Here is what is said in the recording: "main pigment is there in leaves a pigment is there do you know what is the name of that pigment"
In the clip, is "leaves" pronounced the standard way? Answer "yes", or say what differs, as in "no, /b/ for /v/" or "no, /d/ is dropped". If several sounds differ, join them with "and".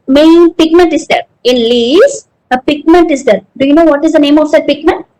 no, /v/ is dropped